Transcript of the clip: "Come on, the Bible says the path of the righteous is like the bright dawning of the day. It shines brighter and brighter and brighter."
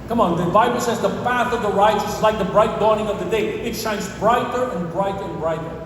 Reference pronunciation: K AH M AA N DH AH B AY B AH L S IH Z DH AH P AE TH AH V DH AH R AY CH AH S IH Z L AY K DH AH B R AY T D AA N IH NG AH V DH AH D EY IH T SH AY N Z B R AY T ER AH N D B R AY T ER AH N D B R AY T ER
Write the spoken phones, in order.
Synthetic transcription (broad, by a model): K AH M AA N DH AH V AY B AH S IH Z DH AH P AE TH AH V DH AH R AY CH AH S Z L AY K DH AH B R AY T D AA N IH NG AH V DH AH D EY IH T SH AY N Z B R AY T ER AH N B R AY T ER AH N B R AY T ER